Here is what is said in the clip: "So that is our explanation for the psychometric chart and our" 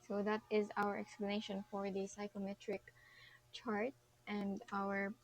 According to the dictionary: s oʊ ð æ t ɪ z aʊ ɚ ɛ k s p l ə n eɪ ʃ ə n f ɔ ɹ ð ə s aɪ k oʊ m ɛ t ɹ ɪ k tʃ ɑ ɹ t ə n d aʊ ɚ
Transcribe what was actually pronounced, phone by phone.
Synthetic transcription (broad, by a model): s oʊ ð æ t ɪ z aʊ ɚ ɛ k s p l ə n eɪ ʃ ə n f ɔ ɹ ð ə s aɪ k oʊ m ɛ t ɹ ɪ k tʃ ɑ ɹ t ə n d aʊ ɚ